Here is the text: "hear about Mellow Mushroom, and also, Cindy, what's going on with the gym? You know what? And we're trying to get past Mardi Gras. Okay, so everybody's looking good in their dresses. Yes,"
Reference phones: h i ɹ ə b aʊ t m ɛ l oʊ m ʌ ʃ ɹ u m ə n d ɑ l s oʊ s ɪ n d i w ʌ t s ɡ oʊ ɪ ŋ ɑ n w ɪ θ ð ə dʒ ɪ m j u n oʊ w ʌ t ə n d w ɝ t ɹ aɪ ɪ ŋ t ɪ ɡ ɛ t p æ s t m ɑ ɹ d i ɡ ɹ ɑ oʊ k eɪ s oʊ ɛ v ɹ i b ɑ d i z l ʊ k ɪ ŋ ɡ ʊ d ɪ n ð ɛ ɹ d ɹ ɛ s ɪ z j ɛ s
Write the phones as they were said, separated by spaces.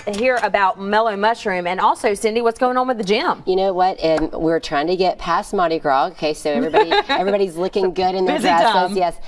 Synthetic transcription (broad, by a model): h i ɹ ə b aʊ t m ɛ l oʊ m ʌ ʃ ɹ u m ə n ɑ l s oʊ s ɪ n d i w ʌ t s ɡ oʊ ɪ ŋ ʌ n w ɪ ð ə dʒ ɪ m j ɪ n oʊ w ʌ t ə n w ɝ t ɹ aɪ ɪ ŋ t ɪ ɡ ɛ t p æ s m ɑ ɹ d i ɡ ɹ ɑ oʊ k eɪ s oʊ ɛ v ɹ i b ɑ d i z l ʊ k ɪ ŋ ɡ ʊ d ɪ n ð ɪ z j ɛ s